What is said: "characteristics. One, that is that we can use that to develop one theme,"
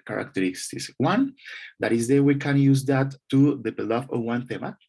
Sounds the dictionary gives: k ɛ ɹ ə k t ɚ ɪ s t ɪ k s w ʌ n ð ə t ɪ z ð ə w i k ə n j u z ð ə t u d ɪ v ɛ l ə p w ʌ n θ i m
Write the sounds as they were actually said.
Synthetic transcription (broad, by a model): k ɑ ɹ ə k t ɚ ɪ s t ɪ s w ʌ n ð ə t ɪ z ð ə w i k ə n j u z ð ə t u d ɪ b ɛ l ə f w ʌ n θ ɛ m